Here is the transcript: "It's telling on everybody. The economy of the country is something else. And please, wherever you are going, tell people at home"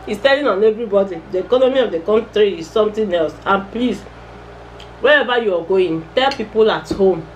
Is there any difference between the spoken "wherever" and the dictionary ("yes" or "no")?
yes